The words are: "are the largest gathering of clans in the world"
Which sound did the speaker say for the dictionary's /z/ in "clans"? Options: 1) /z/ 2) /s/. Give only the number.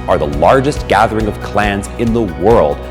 1